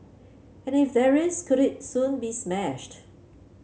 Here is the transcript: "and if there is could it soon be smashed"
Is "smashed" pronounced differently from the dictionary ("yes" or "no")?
no